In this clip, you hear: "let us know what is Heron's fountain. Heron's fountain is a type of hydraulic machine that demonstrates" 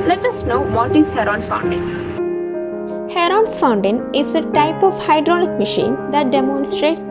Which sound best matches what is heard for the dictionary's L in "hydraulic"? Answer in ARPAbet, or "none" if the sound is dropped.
N